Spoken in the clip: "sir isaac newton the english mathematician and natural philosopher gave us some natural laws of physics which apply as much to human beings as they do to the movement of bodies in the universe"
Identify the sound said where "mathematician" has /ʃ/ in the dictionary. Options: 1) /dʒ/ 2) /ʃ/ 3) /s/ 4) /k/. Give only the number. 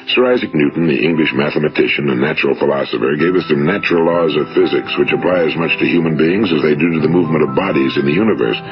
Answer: 2